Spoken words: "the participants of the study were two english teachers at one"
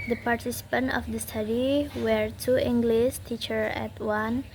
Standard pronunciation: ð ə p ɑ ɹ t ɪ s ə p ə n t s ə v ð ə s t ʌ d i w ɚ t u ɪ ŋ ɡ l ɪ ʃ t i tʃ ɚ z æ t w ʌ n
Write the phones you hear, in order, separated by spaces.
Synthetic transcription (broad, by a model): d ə p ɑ ɹ t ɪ s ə p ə n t ə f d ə s t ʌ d i w ɚ t u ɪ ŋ ɡ l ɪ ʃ t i tʃ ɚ æ t w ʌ n